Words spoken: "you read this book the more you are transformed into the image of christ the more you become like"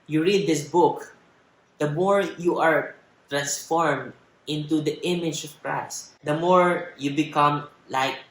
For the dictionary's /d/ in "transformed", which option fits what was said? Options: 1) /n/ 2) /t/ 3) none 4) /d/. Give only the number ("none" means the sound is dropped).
4